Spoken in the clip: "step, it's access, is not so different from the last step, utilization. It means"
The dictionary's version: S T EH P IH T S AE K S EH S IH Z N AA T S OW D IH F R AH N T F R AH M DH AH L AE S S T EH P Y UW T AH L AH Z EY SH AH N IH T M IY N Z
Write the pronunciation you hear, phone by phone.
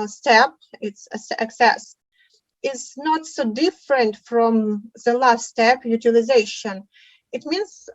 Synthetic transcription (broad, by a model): S T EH P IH T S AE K S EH S IH Z N AA T S OW D IH F R AH N T F R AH M DH AH L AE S S T EH P Y UW T AH L AH Z EY SH AH N IH T M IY N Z